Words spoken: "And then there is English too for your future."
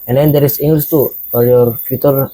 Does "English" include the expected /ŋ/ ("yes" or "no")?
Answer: no